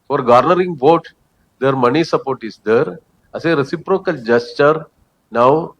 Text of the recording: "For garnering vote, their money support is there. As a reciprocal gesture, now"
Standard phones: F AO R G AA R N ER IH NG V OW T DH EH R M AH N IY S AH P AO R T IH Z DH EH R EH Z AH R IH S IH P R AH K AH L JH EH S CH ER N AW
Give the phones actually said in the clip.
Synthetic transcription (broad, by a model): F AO R G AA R N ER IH NG V OW T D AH R M AH N IY S AH P AO R T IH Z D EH R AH S AH R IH S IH P R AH K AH L JH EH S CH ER N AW